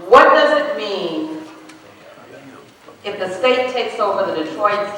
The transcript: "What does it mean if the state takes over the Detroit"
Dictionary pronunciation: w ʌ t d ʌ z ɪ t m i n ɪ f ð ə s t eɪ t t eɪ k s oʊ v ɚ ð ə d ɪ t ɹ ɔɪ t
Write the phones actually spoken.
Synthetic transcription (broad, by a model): w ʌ t d ʌ z ɪ t m i n ɪ f ð ə s t eɪ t t eɪ k s oʊ v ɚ ð ə d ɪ t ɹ ɔɪ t